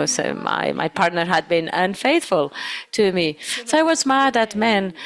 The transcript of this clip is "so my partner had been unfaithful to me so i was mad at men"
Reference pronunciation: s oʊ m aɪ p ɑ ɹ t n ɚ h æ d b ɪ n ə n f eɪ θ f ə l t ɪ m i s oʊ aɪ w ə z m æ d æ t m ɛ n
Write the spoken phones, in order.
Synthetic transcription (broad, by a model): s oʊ m aɪ p ɑ ɹ t n ɚ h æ d b ɪ n ə n f eɪ θ f ə l t ɪ m i s oʊ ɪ w ə z m æ d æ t m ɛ n